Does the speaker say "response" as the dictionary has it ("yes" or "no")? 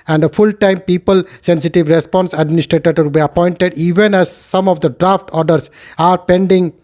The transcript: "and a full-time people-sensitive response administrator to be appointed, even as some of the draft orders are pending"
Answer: yes